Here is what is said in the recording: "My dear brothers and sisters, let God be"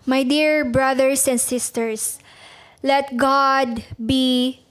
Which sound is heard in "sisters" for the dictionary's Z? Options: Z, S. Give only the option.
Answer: S